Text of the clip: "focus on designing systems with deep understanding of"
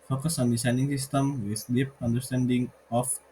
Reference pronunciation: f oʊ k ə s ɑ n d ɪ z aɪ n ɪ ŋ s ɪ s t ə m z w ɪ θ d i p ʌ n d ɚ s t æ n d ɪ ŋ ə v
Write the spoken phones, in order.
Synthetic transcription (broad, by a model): f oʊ k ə s ɑ n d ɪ s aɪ n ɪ ŋ s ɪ s t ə m w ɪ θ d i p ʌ n d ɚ s t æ n d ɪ ŋ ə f